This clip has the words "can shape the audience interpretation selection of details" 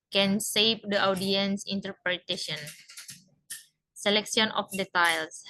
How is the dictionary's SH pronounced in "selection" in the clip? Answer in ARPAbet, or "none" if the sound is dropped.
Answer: S